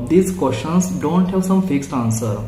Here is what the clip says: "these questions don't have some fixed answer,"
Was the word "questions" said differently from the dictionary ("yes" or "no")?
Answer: yes